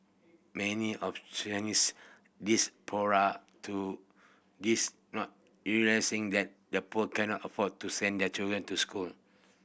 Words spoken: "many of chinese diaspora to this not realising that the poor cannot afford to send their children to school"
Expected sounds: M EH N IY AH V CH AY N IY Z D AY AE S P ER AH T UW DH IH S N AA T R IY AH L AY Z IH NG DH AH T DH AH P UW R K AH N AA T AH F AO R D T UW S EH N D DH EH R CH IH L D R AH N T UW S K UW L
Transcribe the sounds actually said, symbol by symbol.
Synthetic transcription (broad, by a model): M EH N IY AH F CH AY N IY S D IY S P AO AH T UW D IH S N AA T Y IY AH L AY S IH NG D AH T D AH P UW K AH N AA T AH F AO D T UW S EH N D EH CH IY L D R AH N T UW S K UW L